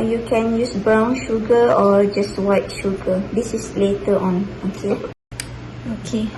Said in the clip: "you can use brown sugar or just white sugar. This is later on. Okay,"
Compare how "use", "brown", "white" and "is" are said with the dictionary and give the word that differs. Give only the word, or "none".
is